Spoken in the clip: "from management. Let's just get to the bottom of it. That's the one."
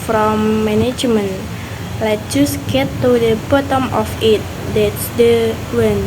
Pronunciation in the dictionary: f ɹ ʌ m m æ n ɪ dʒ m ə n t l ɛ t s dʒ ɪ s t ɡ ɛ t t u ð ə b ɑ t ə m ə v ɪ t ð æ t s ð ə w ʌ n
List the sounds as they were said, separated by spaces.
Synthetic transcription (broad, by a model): f ɹ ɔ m m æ n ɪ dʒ m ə n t l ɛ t dʒ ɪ s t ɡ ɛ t t u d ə b ɑ t ə m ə f ɪ t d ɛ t s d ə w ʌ n